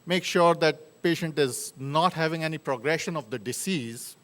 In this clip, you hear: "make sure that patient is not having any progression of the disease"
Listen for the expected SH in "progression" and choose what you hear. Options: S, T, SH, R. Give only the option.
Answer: SH